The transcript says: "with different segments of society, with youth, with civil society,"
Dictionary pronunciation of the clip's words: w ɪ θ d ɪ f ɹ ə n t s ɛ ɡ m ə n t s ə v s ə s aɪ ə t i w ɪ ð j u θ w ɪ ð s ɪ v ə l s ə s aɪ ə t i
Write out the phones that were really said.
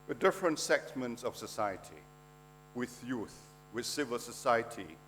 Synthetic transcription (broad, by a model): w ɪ d ɪ f ɹ ə n t s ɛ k m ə n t s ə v s ə s aɪ ə t i w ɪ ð j u θ w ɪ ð s ɪ v ə l s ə s aɪ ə t i